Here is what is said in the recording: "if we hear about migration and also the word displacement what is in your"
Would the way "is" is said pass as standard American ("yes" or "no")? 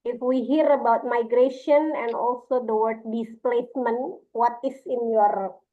no